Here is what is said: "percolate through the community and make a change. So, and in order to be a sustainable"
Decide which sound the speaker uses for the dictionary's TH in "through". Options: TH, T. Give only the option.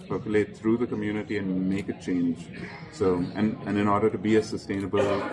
T